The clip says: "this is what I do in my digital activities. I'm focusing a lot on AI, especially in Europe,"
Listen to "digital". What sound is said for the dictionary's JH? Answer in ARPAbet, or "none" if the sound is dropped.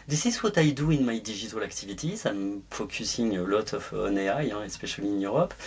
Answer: ZH